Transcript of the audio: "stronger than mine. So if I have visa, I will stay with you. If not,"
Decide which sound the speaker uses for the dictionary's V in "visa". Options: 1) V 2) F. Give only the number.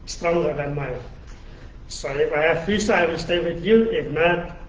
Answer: 2